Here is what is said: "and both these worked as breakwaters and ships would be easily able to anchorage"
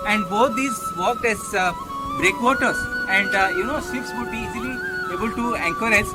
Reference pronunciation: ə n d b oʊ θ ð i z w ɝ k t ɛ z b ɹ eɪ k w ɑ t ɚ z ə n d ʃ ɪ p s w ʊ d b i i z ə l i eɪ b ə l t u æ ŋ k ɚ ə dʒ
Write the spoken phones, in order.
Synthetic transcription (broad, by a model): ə n d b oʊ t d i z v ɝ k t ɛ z b ɹ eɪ k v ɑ t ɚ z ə n d s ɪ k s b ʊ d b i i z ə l i eɪ b ə l t u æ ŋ k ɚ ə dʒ